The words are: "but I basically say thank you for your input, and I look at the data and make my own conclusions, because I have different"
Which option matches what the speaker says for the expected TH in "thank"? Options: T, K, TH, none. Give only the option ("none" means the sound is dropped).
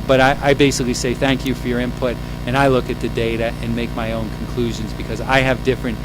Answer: TH